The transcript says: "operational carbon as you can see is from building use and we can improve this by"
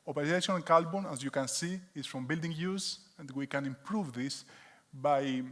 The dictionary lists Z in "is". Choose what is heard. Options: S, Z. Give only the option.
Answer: S